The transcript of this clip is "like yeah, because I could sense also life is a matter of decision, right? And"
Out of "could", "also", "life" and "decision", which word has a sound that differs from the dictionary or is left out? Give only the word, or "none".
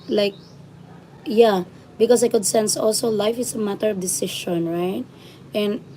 decision